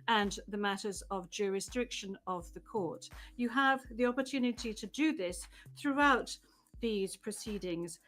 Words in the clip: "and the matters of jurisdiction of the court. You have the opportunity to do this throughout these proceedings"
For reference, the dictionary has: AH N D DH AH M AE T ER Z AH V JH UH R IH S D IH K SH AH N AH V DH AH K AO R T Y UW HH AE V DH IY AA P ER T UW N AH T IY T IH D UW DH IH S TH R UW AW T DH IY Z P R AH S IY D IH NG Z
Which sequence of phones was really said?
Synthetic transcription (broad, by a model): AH N DH AH M AE T ER Z AH V JH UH R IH S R IH K SH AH N AH V DH AH K AO R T Y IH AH V DH IY AA P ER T UW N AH T IY T IH D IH DH IH S TH R UW AW T DH IY Z P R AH S IY D IH NG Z